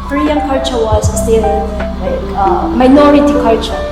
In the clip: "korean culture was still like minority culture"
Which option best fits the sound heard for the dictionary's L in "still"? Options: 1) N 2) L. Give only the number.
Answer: 1